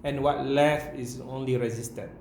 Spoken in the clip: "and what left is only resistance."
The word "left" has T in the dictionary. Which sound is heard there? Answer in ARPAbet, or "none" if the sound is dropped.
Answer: none